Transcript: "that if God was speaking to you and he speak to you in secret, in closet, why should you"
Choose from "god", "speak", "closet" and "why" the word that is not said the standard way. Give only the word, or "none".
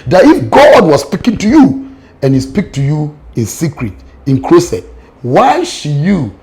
closet